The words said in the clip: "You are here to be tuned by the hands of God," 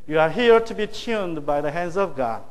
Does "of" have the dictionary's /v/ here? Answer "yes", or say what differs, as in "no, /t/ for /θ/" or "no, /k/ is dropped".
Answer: yes